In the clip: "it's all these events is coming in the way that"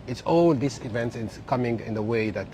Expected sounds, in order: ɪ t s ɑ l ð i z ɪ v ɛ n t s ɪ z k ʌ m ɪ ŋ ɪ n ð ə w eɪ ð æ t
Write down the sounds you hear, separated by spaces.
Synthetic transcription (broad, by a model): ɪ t s ɑ l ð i s ɪ v ɛ n t s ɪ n k ʌ m ɪ ŋ ɪ n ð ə w eɪ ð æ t